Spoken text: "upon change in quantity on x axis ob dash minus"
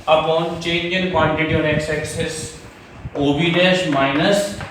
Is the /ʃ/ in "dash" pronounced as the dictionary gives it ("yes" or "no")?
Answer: no